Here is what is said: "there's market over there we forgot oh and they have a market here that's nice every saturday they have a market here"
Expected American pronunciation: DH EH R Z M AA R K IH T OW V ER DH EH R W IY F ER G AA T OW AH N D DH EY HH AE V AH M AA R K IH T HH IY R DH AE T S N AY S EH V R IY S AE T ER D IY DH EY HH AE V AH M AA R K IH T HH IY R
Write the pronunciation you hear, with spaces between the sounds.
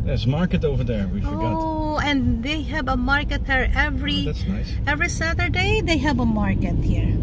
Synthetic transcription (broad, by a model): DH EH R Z M AA R K IH T OW V ER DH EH R W IY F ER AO OW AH N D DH EY HH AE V AH M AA R K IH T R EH R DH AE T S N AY S EH V R IY S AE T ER D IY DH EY HH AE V AH M AA R K IH T HH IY R